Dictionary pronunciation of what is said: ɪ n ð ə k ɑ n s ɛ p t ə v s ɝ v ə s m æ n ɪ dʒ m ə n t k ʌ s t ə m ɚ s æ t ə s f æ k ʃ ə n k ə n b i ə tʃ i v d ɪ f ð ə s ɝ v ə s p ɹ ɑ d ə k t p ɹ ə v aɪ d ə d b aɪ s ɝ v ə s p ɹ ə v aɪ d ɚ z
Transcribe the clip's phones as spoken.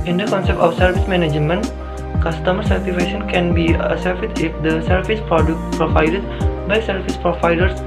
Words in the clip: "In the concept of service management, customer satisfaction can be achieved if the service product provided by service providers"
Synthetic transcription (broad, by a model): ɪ n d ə k ɑ n s ɛ p t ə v s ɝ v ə s m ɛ n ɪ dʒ m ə n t k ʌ s t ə m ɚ s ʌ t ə f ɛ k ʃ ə n k ə n b i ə s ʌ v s ɪ f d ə s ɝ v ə s p ɹ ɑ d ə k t p ɹ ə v aɪ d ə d b aɪ s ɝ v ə s p ɹ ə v aɪ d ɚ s